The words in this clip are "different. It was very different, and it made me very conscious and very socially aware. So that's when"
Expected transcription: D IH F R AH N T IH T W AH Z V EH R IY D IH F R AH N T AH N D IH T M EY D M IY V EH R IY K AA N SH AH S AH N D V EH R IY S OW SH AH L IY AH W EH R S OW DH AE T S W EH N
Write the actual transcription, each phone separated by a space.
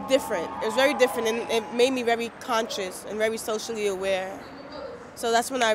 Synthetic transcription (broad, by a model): D IH F R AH N T IH T W AH Z V EH R IY D IH F R AH N T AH N IH T M EY D M IY V EH R IY K AA N SH AH S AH N V EH R IY S OW SH L IY AH W EH R S OW DH AE T S W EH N